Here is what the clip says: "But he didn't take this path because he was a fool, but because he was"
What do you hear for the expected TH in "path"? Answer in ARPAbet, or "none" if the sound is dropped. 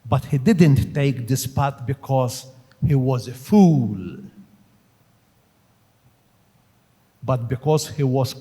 T